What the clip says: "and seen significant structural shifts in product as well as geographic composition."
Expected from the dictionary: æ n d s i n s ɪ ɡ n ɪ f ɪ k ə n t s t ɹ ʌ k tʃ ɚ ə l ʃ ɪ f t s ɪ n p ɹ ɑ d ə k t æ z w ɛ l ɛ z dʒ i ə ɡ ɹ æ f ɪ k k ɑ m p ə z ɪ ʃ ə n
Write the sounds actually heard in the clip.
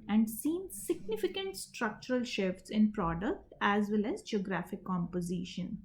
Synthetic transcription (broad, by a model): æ n d s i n s ɪ ɡ n ɪ f ɪ k ə n t s t ɹ ʌ k tʃ ɚ ə l ʃ ɪ f t s ɪ n p ɹ ɑ d ə k t æ z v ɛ l ɛ z dʒ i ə ɡ ɹ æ f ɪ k k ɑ m p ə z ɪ ʃ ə n